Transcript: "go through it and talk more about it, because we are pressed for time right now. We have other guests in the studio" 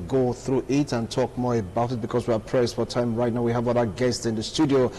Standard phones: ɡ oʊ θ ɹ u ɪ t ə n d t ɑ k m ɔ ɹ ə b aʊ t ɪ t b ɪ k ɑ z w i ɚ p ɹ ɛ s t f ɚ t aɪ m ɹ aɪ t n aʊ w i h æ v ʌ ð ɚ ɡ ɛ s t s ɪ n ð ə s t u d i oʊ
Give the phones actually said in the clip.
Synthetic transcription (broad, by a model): ɡ oʊ θ ɹ u ɪ t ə n t ɑ k m ɔ ɹ ə b aʊ t ɪ t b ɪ k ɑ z w i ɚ p ɹ ɛ s t f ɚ t aɪ m ɹ aɪ t n aʊ w i h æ v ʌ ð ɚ ɡ ɛ s t s ɪ n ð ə s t u d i oʊ